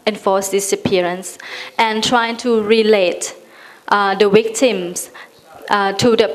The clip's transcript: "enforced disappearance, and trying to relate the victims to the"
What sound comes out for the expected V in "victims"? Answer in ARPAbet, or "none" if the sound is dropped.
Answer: W